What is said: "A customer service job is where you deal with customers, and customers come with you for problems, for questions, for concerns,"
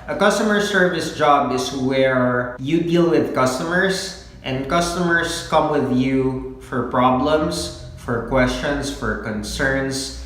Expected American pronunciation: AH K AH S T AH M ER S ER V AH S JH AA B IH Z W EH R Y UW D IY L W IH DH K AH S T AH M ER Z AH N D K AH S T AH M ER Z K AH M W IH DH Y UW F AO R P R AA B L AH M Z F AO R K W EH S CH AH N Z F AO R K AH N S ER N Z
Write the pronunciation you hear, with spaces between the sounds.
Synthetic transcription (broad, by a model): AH K AH S T AH M ER S ER V AH S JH AA B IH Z W EH R Y UW D IY L W IH DH K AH S T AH M ER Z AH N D K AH S T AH M ER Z K AH M W IH DH Y UW F AO R P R AA B L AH M S F AO R K W EH S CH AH N S F AO R K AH N S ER N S